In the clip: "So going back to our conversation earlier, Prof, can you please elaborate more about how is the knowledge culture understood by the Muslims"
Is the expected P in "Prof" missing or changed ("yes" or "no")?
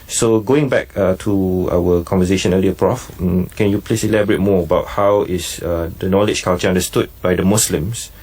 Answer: no